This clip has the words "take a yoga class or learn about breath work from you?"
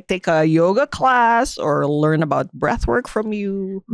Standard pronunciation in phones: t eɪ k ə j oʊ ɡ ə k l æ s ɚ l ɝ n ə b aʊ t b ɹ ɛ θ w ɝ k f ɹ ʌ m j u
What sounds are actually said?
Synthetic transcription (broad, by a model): t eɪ k ə j oʊ ɡ ə k l æ s ɚ l ɝ n ə b aʊ t b ɹ ɛ θ w ɝ k f ɹ ʌ m j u